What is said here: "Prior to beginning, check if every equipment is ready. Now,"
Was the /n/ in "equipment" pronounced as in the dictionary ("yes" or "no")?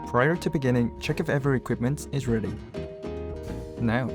yes